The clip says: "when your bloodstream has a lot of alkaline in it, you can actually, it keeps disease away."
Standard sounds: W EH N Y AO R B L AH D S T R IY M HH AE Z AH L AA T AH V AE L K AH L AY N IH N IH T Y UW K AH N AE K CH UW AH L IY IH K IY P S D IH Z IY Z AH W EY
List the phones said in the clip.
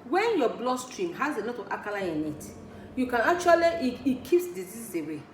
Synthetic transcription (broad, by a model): W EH N Y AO B L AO S T R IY M HH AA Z AH N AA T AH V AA K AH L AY IH N IH T Y UW K AH N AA K CH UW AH L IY IH K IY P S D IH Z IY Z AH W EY